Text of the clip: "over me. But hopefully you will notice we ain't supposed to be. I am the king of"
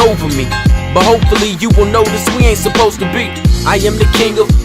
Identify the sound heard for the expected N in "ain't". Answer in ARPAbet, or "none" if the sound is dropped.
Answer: N